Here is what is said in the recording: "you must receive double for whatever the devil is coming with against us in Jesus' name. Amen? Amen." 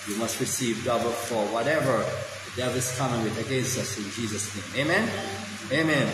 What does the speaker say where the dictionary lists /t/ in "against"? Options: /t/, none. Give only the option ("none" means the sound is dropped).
none